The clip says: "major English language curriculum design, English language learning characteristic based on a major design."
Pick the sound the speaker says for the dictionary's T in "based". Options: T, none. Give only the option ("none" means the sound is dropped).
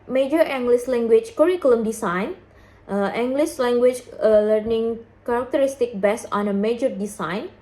none